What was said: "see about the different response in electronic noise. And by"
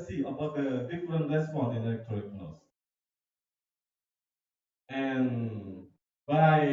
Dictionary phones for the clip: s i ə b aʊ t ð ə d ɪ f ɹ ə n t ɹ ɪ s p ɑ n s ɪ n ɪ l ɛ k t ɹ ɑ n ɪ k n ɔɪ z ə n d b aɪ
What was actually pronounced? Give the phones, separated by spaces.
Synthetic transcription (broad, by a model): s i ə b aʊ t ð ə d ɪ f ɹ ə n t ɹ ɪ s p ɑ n ɪ n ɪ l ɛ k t ɑ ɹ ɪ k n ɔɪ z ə n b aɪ